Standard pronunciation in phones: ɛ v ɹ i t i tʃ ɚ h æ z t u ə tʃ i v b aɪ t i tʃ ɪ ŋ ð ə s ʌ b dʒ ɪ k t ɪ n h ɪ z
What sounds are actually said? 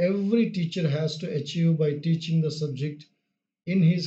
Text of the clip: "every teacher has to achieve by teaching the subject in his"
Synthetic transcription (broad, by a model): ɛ v ɹ i t i tʃ ɚ h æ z t u ə tʃ i v b aɪ t i tʃ ɪ ŋ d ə s ʌ b dʒ ɪ k t ɪ n h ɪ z